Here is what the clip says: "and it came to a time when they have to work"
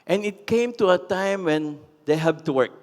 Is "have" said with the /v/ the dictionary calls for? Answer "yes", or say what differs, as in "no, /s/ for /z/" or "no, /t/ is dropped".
no, /b/ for /v/